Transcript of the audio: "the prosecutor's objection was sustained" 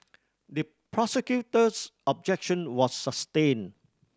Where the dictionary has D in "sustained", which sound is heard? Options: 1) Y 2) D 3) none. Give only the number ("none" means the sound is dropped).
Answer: 3